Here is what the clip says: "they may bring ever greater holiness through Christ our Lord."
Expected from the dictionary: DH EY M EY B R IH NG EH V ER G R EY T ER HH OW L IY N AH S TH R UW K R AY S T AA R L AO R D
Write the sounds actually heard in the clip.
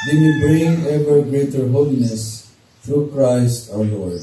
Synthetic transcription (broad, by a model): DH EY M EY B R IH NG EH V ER G R EY T ER HH OW L IY N AH S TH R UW K R AY S T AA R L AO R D